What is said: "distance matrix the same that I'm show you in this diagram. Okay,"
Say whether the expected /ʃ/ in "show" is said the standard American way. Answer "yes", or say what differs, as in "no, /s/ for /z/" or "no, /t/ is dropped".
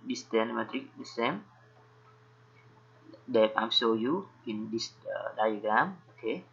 no, /s/ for /ʃ/